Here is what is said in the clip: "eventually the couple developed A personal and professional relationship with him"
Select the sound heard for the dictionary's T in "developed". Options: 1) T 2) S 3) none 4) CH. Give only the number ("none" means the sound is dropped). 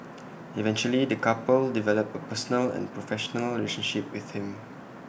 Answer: 3